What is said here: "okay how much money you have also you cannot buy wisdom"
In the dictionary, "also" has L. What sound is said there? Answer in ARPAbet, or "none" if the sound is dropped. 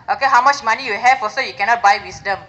none